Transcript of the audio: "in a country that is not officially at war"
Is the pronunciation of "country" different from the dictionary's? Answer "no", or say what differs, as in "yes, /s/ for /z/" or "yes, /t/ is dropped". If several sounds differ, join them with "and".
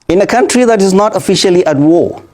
no